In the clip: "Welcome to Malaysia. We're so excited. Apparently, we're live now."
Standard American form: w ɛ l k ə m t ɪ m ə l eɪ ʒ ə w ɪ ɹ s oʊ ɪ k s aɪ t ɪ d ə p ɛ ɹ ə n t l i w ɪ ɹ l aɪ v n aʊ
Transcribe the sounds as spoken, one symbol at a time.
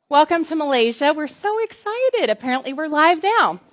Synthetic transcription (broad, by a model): w ɛ l k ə m t ɪ m ə l eɪ ʒ ə w ɪ ɹ s oʊ ɪ k s aɪ t ɪ d ə p ɛ ɹ ə n t l i w ɪ ɹ l aɪ v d aʊ